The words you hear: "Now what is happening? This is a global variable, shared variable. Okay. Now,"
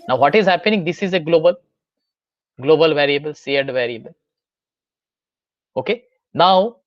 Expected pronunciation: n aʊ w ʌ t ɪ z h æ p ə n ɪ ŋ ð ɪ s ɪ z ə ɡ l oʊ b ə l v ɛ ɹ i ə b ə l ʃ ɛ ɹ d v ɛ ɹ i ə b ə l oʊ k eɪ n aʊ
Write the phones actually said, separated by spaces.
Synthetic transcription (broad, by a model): n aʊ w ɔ t ɪ z h æ p ə n ɪ ŋ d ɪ s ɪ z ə ɡ l oʊ b ə l v ɛ ɹ i ə b ə l s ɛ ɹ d v ɛ ɹ i ə b ə l oʊ k eɪ n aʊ